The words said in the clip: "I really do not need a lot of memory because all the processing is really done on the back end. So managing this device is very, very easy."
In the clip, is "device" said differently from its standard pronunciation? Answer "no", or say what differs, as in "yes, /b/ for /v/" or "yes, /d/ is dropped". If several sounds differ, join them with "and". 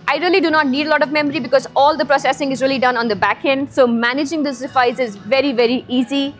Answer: yes, /f/ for /v/